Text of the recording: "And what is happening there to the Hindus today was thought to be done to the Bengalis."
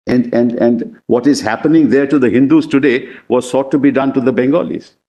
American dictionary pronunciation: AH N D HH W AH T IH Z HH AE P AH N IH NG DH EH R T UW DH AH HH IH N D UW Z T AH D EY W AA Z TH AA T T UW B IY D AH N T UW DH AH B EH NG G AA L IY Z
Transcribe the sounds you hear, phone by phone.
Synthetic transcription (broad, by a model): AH N D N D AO T IH Z HH AE P AH N IH NG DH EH R T UW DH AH HH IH N D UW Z T AH D EY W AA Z S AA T T UW B IY D AH N T UW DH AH B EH NG G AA L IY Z